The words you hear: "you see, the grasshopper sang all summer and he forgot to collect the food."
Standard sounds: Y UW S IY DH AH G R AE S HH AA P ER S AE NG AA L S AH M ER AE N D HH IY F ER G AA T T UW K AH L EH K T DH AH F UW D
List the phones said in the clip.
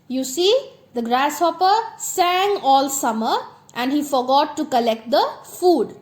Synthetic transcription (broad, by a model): Y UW S IY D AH G R AE S HH AA P ER S AE NG AA L S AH M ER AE N D HH IY F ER G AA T T UW K AH L EH K T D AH F UW D